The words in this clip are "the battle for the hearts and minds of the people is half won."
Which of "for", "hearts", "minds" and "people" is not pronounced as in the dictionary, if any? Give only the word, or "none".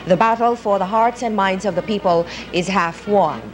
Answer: none